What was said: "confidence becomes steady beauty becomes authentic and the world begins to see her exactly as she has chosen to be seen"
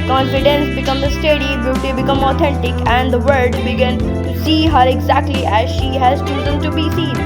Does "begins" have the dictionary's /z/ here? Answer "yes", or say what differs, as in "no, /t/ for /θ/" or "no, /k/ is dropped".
no, /z/ is dropped